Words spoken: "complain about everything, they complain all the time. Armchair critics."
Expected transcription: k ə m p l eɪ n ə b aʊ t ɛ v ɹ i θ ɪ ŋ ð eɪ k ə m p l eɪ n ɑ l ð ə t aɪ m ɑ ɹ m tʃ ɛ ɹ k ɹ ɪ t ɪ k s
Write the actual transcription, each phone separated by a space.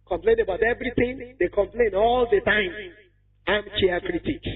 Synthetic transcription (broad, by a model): k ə m p l eɪ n ə b aʊ t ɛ v ɹ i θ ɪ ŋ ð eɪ k ə m p l eɪ n ɑ l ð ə t aɪ m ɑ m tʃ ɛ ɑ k ɹ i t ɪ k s